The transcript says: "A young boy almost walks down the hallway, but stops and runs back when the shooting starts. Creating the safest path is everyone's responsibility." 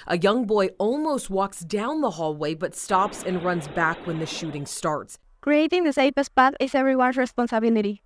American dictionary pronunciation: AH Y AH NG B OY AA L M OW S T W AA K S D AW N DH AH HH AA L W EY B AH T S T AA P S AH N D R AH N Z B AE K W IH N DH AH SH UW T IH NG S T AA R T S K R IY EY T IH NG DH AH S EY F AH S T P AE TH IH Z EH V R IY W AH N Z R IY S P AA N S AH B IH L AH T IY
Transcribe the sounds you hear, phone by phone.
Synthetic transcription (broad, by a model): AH Y AH NG B OY AA L M OW S T W AA K S D AW N DH AH HH AA L W EY B AH T S T AA P S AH N R AH N Z B AE K W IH N DH AH SH UW T IH NG S T AA R T S K R IY EY T IH NG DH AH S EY P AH S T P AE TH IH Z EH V R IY W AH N S R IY S P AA N S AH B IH L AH T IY